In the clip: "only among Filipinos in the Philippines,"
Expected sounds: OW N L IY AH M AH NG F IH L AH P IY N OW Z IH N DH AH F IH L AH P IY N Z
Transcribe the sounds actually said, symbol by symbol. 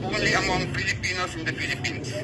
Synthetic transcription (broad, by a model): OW N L IY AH M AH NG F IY L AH P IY N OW S IH N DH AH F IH L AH P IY N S